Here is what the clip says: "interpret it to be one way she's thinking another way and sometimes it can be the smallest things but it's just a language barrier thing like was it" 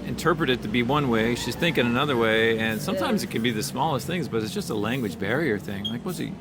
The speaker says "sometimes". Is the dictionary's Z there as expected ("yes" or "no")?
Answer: yes